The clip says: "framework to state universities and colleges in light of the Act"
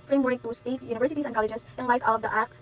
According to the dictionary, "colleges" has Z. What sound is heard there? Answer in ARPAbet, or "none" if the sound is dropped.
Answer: S